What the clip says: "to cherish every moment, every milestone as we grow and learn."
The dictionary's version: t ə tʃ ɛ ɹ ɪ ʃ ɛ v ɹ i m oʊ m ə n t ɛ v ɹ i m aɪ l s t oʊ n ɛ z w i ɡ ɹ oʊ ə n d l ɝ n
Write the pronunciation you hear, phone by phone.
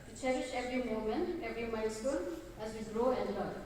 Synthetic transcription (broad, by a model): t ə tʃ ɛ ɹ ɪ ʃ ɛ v ɹ i m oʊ m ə n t ɛ v ɹ i m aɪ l s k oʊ l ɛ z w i ɡ ɹ oʊ ə n d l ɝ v